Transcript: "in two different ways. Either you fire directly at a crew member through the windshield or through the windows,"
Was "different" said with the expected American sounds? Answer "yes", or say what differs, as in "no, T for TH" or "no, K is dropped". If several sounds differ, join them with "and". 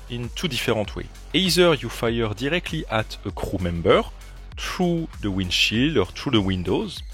no, N is dropped